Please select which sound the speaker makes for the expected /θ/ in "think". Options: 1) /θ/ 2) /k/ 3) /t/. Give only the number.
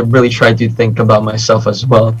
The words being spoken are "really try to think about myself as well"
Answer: 1